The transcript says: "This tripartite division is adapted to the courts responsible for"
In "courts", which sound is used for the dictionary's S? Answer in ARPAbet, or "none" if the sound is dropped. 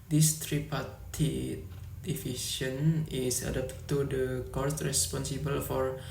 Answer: none